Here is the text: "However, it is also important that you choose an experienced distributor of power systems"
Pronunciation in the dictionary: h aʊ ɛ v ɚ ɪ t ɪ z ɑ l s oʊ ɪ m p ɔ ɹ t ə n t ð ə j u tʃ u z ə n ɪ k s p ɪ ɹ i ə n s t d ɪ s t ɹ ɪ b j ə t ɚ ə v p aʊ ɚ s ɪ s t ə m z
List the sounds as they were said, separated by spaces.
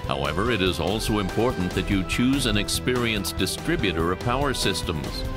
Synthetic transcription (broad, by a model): h aʊ ɛ v ɚ ɪ t ɪ z ɑ l s oʊ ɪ m p ɔ ɹ t n ð ə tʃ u tʃ u z ə n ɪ k s p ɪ ɹ i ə n s d ɪ s t ɹ ɪ b j ə t ɚ ə v p aʊ ɚ s ɪ s t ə m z